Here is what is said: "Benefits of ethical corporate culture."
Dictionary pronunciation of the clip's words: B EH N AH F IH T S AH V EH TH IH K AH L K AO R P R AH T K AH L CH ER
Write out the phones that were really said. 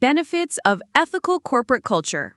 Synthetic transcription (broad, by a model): EH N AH F IH T S AH V EH TH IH K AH L K AO R P R AH T K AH L CH ER